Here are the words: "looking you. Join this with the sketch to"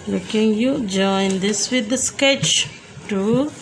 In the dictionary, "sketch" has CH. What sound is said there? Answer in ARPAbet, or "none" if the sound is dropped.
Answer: CH